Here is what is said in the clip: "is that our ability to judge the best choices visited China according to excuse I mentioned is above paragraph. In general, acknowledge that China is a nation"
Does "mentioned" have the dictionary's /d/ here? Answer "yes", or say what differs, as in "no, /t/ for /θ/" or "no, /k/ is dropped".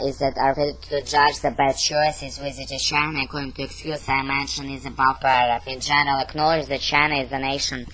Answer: no, /d/ is dropped